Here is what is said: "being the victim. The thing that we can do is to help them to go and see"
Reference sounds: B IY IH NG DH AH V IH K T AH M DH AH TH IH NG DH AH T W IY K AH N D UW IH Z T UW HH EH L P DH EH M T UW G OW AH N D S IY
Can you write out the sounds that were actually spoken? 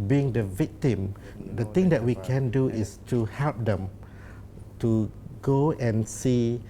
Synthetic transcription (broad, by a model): B IY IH NG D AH V IH K T AH M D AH T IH NG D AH T W IY K AH N D UW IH S T UW HH EH L P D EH M T UW G OW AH N S IY